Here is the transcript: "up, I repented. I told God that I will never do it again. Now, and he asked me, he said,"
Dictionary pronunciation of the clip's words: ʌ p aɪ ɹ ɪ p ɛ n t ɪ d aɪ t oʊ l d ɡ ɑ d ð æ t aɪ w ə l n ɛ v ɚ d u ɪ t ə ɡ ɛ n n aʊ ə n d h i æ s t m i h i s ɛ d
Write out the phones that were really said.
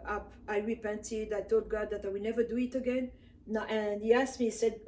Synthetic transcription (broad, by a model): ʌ p aɪ ɹ ɪ p ɛ n t ɪ d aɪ t oʊ l d ɡ ɑ d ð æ t aɪ w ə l n ɛ v ɚ d u ɪ t ə ɡ ɛ n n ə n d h i æ s t m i i s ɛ d